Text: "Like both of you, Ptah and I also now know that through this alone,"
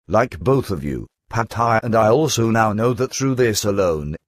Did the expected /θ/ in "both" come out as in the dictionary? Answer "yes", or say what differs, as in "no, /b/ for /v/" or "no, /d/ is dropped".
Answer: yes